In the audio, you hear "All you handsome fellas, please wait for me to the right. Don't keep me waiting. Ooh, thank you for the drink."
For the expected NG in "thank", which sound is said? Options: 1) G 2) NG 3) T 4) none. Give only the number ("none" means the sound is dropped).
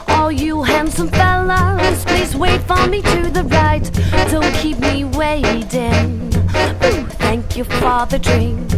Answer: 2